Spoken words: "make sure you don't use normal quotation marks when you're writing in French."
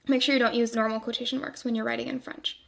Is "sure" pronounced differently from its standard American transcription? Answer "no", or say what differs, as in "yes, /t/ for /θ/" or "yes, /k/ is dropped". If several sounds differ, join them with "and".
no